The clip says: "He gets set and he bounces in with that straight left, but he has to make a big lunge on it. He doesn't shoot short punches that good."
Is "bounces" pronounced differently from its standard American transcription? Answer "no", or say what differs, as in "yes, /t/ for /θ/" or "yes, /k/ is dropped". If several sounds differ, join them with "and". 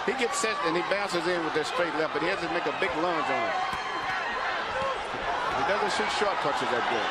no